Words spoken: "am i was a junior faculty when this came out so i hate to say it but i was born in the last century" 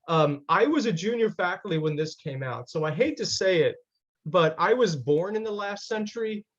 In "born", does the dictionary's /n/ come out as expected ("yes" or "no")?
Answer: yes